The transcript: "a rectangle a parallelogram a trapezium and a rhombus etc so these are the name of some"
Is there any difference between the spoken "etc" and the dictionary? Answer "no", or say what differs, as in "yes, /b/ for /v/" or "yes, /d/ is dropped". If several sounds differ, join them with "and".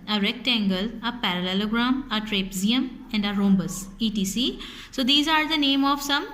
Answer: yes, /s/ is dropped